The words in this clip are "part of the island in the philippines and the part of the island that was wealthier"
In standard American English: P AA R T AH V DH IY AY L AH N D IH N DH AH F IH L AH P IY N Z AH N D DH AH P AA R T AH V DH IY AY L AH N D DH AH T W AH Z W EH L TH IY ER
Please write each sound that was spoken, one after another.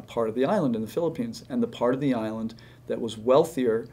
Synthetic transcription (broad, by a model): P AA R T AH V DH IY AY L AH N D IH N DH AH F IH L AH P IY N Z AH N DH AH P AA R T AH V DH IY AY L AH N DH AH T W AH Z W EH L TH IY ER